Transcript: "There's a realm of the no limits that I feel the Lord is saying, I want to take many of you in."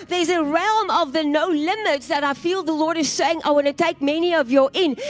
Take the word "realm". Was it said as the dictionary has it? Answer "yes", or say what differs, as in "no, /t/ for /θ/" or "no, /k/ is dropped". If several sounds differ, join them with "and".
yes